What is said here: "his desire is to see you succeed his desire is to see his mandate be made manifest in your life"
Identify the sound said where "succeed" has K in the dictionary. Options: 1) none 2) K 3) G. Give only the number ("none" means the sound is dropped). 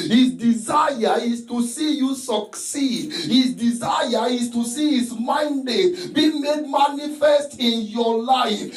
2